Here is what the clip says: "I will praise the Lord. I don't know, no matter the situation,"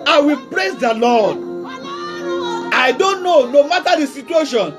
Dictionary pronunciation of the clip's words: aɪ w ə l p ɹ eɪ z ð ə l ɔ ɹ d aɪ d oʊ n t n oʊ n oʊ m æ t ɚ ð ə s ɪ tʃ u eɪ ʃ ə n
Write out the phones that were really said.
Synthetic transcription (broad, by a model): aɪ w ə l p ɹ eɪ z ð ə l ɔ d aɪ d oʊ n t n oʊ n oʊ m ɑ t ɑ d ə s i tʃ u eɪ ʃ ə n